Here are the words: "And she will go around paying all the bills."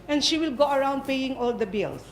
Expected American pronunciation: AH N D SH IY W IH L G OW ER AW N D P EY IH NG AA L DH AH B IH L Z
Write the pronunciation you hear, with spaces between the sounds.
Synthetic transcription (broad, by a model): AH N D SH IY W IH L G OW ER AW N D P EY IH NG AA L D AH B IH L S